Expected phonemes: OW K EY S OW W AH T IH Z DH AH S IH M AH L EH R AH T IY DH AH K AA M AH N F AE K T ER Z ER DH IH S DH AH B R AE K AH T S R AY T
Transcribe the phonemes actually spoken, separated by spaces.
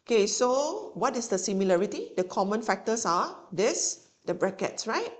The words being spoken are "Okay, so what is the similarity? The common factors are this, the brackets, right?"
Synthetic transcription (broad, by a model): OW K EY S OW W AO T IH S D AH S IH M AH L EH R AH T IY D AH K AA M AH N F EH K T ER S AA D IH S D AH B R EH K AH T S R AY T